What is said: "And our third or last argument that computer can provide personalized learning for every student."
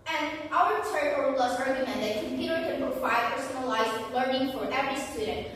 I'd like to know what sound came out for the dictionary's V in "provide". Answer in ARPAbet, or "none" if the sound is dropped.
F